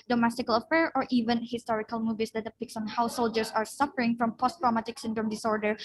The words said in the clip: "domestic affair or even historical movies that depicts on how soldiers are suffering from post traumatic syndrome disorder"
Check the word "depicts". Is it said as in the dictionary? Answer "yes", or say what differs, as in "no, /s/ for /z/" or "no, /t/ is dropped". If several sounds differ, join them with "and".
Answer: yes